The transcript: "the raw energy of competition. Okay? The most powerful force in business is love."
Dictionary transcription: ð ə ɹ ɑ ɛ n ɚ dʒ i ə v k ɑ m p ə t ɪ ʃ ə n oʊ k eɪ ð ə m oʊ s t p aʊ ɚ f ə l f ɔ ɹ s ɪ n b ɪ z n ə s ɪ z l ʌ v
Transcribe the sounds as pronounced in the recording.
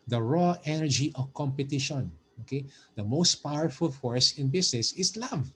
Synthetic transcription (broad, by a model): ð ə ɹ ɑ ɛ n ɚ dʒ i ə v k ɑ m p ə t ɪ ʃ ə n oʊ k eɪ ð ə m oʊ s t p aʊ ɚ f ə l f ɔ ɹ s ɪ n b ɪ s n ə s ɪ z l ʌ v